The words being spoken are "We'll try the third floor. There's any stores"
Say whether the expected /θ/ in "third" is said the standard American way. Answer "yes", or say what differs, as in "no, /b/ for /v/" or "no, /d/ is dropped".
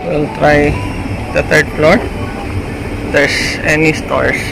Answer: no, /t/ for /θ/